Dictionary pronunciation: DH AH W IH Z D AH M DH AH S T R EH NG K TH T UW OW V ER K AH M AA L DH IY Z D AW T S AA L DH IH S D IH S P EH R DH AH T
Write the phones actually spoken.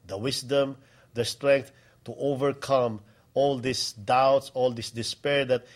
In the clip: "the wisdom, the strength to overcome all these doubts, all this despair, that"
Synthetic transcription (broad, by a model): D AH W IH S D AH M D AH S T R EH NG K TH T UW OW V ER K AH M AA L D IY S D AW T S AA L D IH S D IH S P EH R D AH T